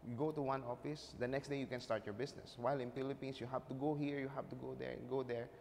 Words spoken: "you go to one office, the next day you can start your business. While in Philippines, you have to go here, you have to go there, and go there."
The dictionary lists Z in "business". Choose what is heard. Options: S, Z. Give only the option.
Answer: S